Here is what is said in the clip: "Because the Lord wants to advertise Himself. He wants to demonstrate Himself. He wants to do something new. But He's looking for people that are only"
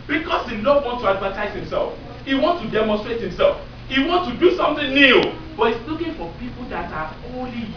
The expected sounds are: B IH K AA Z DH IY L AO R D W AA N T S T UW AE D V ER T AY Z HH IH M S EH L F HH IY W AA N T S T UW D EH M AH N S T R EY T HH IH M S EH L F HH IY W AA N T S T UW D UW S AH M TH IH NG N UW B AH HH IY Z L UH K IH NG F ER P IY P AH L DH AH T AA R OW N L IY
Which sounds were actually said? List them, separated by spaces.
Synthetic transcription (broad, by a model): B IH K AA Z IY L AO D W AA N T T UW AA D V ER T AY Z HH IH M S EH L F HH IY W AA N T T UW D EH M AH N S T R EY T HH IH M S EH L F HH IY W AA N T T UW D UW S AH M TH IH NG N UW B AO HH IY S L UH K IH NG F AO P IY P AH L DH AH T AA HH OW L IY